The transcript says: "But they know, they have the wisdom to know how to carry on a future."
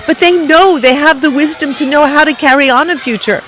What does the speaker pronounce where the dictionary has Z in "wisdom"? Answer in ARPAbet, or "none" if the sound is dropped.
Z